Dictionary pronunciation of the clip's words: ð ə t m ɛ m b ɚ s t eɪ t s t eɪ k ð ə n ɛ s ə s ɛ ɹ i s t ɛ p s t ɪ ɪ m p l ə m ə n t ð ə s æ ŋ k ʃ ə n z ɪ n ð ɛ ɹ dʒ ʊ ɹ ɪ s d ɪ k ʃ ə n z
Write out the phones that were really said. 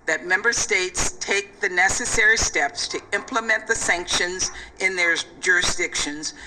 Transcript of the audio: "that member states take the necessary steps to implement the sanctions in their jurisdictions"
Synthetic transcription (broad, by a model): ð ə t m ɛ m b ɚ s t eɪ t s t eɪ k ð ə n ɛ s ə s ɛ ɹ i s t ɛ p s t ɪ ɪ m p l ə m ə n ð ə s æ ŋ k ʃ ə n z ɪ n ð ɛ ɹ dʒ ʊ ɹ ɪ s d ɪ k ʃ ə n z